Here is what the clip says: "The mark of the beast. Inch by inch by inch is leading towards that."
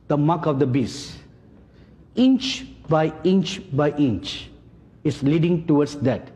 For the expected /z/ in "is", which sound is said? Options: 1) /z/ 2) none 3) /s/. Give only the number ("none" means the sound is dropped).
3